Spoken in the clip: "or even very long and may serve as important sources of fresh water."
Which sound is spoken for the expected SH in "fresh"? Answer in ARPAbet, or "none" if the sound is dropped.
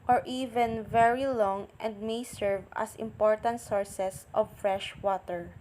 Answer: SH